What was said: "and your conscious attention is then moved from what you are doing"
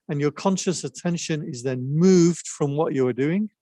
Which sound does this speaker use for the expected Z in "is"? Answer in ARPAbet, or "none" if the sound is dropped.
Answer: Z